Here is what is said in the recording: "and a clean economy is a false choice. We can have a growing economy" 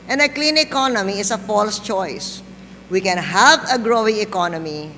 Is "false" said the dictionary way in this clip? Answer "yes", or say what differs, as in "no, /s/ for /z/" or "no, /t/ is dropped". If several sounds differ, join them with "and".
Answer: yes